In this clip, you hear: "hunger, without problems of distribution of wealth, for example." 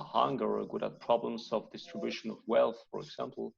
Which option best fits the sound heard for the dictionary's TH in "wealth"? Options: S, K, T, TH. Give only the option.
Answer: TH